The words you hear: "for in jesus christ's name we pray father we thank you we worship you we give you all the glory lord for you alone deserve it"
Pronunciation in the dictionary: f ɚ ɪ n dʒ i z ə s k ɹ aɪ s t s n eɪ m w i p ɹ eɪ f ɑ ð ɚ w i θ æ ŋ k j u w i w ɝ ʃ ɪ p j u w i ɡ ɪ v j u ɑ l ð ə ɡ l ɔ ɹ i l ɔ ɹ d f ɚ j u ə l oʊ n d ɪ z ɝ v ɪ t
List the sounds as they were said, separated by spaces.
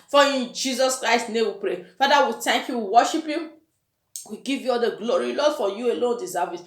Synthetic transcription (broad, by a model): f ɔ ɪ n dʒ i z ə s k ɹ aɪ s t n eɪ m w i p ɹ eɪ f ɑ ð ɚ w i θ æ ŋ k j u w i w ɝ ʃ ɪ p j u w i ɡ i v j u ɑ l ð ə ɡ l ɔ ɹ i l ɔ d f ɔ j u ə l oʊ n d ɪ s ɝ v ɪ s